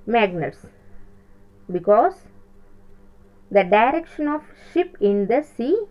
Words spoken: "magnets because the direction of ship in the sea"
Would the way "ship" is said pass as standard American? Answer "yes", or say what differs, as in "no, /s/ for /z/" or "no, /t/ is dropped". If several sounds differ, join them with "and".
yes